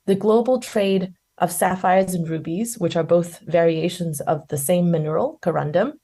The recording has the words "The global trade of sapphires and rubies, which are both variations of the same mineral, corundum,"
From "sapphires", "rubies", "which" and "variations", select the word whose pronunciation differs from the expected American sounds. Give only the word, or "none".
none